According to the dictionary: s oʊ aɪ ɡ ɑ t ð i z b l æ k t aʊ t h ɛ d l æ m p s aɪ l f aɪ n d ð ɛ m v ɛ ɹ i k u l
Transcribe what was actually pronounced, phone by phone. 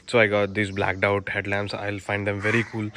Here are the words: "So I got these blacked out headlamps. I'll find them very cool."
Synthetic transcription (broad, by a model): s oʊ aɪ ɡ ɑ t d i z b l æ k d aʊ t h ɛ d l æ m s aɪ l f aɪ n d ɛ m v ɛ ɹ i k u l